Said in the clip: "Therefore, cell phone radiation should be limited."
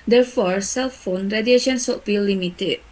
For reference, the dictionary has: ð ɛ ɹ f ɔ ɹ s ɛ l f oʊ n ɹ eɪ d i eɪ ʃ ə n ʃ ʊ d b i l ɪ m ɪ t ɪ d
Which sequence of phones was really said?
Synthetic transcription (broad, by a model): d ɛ ɹ f ɔ ɹ s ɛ l f oʊ n ɹ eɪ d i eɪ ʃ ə n s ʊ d b i l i m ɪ t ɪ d